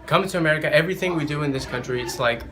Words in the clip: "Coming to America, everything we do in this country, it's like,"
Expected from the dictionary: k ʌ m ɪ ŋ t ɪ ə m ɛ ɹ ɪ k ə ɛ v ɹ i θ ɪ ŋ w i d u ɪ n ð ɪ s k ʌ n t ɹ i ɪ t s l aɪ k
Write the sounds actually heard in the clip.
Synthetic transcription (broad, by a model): k ʌ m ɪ t ɪ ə m ɛ ɹ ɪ k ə ɛ v ɹ i θ ɪ ŋ w i d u ɪ n ð ɪ s k ʌ n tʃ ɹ i ɪ t s l aɪ k